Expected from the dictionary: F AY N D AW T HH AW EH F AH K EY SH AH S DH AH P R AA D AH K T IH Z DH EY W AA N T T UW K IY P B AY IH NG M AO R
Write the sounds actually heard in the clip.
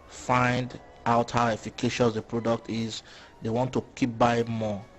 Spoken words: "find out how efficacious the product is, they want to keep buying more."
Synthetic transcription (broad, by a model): F AY N D AW T HH AW EH F AH K EY SH AH S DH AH P R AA D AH K T IH Z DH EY W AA N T T UW K IY P B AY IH M AO